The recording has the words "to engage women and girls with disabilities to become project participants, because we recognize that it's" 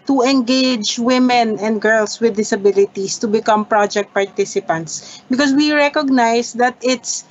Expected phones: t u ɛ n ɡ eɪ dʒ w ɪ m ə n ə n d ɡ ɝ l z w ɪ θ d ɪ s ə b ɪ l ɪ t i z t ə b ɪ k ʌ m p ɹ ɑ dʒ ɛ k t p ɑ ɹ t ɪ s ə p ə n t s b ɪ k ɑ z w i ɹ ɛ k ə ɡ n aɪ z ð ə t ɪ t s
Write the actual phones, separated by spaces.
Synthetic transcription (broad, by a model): t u ɛ n ɡ eɪ dʒ w ɪ m ə n ə n d ɡ ɝ l s w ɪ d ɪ s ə b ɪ l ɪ t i s t ə b ɪ k ʌ m p ɹ ɑ dʒ ɛ k t p ɑ ɹ t ɪ s ə p ə n t s b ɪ k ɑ s w i ɹ ɛ k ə ɡ n aɪ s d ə t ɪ t s